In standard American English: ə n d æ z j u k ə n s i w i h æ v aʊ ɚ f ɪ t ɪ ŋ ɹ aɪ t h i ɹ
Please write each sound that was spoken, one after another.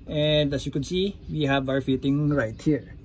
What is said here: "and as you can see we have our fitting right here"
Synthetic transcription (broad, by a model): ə n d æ s j u k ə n s i w i h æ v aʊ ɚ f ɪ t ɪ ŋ ɹ aɪ t h i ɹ